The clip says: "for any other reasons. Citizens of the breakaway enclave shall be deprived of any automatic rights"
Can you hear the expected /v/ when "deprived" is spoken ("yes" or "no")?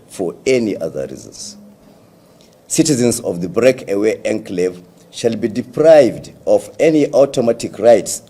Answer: yes